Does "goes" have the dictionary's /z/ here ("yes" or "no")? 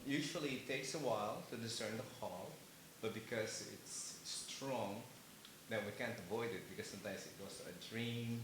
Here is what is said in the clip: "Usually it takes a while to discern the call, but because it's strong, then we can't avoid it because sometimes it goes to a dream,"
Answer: no